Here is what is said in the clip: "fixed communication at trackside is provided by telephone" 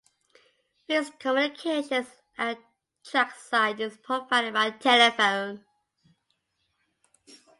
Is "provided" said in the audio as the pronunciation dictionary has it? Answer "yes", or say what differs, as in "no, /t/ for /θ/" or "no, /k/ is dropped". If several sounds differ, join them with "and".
no, /p/ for /v/